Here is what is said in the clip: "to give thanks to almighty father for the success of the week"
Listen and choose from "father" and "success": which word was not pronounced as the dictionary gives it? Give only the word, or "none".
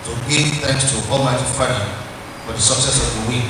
father